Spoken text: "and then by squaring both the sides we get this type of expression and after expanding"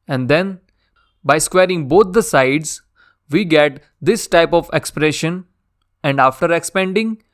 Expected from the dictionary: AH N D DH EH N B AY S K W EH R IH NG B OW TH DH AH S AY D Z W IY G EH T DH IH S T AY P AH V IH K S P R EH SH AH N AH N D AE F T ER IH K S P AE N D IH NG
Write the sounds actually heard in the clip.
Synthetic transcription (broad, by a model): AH N D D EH N B AY S K W EH R IH NG B OW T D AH S AY D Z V IY G EH T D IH S T AY P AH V IH K S P R EH SH AH N AH N D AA F T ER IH K S P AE N D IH NG